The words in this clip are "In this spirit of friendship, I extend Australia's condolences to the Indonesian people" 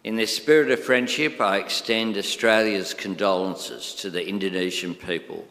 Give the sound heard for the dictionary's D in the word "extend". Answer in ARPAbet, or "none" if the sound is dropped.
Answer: D